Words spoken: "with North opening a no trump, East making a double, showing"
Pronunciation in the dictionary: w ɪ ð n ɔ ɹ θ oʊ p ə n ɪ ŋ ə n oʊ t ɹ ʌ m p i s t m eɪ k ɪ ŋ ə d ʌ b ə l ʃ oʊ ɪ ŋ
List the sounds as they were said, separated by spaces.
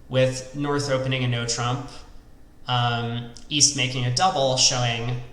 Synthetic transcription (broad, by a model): w ɪ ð n ɔ ɹ θ oʊ p ə n ɪ ŋ ə n oʊ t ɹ ʌ m p i s t m eɪ k ɪ ŋ ə d ʌ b l ʃ oʊ ɪ ŋ